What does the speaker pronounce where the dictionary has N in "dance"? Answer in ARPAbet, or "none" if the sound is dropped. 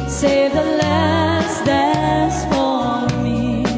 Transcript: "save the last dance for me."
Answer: none